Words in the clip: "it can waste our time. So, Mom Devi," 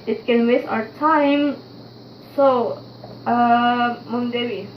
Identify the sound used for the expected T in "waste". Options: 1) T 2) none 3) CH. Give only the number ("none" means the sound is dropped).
2